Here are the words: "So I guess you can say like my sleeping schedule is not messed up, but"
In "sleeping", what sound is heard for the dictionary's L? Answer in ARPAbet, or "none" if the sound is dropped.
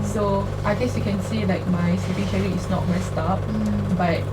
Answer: none